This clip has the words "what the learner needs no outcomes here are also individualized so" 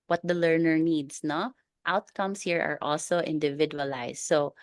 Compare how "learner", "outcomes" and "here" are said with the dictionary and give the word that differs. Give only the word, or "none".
outcomes